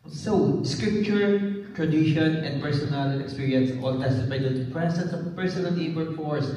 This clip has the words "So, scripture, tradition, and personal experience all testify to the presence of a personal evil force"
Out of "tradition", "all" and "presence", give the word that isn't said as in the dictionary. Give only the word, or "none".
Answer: presence